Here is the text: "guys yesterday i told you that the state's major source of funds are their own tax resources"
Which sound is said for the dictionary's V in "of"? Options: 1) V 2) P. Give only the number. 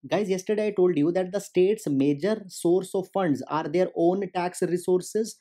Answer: 1